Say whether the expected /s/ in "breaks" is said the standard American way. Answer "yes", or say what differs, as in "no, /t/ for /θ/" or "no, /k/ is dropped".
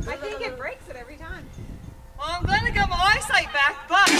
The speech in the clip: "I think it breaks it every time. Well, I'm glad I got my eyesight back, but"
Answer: yes